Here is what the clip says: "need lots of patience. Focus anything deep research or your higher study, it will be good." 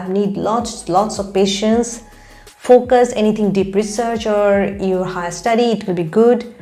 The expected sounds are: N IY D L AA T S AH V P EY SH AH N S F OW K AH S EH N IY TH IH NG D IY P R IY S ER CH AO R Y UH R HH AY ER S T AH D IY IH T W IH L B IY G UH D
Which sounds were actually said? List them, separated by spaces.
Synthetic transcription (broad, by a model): N IY D L AA T S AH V P EY SH AH N S F OW K AH S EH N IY T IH NG D IY P R IY S ER CH AO R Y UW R HH AY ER S T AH D IY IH T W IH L B IY G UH D